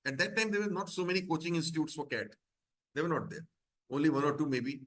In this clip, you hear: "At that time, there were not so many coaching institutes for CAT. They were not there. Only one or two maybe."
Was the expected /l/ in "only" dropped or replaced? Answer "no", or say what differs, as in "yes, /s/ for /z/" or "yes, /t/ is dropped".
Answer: no